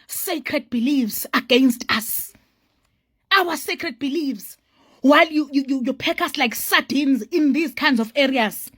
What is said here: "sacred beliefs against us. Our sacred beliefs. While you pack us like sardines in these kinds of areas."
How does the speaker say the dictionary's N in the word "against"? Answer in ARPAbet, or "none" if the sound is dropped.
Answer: N